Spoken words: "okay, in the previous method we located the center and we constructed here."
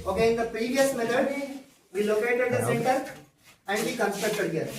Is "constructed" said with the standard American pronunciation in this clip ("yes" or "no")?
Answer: no